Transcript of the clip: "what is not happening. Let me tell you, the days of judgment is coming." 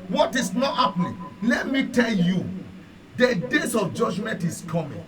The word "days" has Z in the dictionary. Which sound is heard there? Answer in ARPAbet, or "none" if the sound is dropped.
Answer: S